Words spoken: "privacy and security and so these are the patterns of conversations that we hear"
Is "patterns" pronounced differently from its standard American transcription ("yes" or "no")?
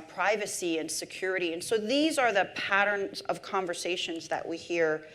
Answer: no